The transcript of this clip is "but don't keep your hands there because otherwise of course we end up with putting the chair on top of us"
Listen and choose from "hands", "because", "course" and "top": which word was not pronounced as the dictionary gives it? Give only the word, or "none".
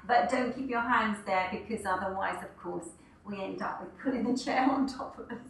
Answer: none